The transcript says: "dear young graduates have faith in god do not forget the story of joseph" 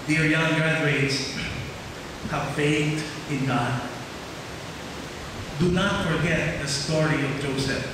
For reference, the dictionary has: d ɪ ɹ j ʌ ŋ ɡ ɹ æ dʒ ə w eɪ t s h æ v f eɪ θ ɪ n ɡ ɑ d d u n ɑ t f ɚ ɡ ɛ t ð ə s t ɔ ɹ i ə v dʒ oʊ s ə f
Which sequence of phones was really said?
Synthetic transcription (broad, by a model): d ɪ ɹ j ʌ ŋ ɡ ɹ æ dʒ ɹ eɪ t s h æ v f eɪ t ɪ n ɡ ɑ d d u n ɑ t f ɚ ɡ ɛ t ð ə s t ɔ ɹ i ə v dʒ oʊ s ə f